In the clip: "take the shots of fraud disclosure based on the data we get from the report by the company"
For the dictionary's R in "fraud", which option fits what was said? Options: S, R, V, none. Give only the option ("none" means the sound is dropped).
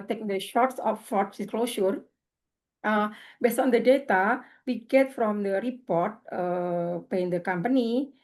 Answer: none